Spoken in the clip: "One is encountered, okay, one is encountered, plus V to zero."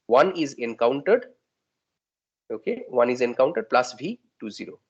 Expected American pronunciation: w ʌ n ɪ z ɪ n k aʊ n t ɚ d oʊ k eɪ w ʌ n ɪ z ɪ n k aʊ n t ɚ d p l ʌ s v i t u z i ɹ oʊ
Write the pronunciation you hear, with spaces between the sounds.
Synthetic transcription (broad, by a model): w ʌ n ɪ z ɪ n k aʊ n t ɚ d oʊ k eɪ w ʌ n ɪ z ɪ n k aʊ n t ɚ d p l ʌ s b i t u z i ɹ oʊ